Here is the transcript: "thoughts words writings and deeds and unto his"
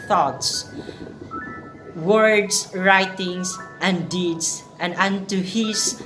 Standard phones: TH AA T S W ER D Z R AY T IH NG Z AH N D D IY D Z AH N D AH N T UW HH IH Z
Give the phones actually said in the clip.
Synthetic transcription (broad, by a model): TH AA T S W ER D S R AY T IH NG S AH N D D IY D S AH N D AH N T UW HH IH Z